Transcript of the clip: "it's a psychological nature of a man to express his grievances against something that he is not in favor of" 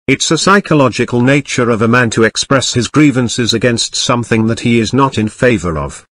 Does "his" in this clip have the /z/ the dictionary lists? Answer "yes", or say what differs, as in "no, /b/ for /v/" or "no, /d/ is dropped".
yes